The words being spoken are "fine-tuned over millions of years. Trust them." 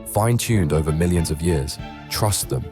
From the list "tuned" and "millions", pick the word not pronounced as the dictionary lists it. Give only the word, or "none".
none